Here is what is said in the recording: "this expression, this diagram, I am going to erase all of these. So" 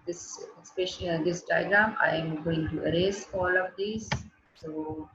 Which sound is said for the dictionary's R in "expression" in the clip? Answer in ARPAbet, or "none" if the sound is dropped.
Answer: none